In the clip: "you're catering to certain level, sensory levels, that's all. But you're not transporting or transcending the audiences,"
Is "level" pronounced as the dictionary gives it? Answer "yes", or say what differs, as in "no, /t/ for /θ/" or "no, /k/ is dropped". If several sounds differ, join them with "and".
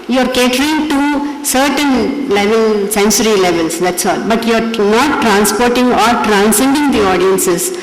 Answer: yes